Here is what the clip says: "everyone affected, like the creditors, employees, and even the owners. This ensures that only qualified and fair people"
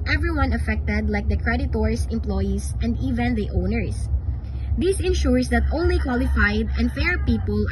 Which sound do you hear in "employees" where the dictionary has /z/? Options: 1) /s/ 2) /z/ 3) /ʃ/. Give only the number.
1